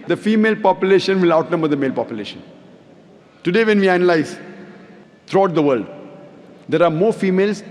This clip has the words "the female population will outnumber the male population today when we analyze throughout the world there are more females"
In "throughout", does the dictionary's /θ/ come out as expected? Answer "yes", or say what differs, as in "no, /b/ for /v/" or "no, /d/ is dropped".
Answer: no, /t/ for /θ/